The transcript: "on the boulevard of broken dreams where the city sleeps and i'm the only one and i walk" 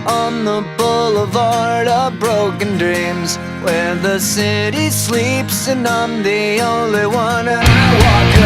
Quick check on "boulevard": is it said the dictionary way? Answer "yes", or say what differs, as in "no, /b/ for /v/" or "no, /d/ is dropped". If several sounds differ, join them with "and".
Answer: yes